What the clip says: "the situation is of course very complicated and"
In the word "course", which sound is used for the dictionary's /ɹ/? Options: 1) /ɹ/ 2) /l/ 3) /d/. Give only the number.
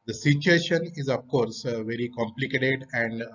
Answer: 1